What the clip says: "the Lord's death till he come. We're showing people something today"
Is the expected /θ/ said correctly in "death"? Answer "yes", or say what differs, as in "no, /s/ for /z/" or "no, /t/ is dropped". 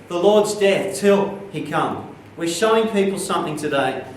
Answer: yes